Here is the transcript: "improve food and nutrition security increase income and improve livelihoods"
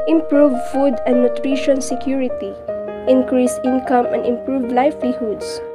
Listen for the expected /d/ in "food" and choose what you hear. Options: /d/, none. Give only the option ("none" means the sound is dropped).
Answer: /d/